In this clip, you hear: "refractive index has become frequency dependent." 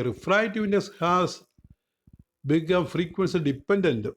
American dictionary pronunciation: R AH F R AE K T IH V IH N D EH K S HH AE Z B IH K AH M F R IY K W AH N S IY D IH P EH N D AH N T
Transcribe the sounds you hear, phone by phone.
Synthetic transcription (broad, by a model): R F R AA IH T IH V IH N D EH S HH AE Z B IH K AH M F R IY K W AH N S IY D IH P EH N D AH N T